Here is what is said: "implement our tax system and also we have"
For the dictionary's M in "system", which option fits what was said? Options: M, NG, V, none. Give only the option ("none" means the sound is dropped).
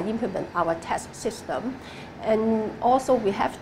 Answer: M